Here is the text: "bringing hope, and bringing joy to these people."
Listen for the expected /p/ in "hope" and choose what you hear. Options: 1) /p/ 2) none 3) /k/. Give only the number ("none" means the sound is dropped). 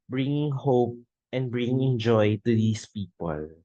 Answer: 1